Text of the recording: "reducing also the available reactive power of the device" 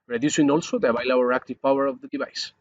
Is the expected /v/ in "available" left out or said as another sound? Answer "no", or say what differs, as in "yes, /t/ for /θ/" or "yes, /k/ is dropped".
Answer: yes, /b/ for /v/